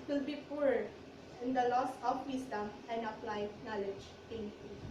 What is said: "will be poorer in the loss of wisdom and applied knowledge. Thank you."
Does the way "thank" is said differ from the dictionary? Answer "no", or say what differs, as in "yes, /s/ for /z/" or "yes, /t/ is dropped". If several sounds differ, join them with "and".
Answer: yes, /t/ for /θ/